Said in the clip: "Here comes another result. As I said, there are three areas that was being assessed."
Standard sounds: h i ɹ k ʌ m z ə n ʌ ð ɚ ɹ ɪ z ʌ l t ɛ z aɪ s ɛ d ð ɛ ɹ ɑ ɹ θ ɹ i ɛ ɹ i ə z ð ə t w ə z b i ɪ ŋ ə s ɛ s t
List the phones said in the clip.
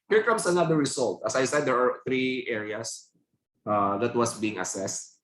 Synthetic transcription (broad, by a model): h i ɹ k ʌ m s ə n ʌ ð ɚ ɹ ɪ s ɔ l t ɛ s aɪ s ɛ d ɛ ɹ ɑ ɹ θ ɹ i ɛ ɹ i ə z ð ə t w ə s b i ɪ ŋ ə s ɛ s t